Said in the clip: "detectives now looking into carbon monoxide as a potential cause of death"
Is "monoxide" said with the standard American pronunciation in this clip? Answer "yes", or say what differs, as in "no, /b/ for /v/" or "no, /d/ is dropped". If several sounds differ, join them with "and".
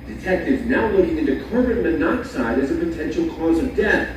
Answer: yes